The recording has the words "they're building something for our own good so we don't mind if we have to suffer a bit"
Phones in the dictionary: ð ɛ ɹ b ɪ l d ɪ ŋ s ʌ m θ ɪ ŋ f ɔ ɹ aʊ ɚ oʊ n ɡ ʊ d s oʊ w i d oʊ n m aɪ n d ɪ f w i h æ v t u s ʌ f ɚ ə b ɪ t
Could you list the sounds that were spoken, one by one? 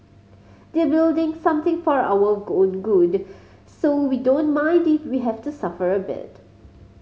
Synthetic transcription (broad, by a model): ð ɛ b ɪ l d ɪ ŋ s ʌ m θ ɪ ŋ f ɔ ɹ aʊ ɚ oʊ n ɡ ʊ d s oʊ w i d oʊ n m aɪ n d ɪ f w i h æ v t u s ʌ f ɚ ə b ɪ t